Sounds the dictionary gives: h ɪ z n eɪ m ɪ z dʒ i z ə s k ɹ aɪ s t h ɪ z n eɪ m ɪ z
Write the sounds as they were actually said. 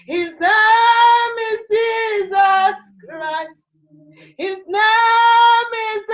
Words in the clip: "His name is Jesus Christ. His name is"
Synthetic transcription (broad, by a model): h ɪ z n eɪ m ɪ z dʒ i z ə s k ɹ aɪ s t h ɪ z n eɪ m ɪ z